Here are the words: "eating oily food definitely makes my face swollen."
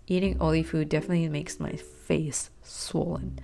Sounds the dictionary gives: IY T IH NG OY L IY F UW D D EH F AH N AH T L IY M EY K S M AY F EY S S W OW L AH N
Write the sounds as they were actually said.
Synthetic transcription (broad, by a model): IY T IH NG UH L IY F UW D D EH F AH N AH T L IY M EY K S M AY F EY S S W OW L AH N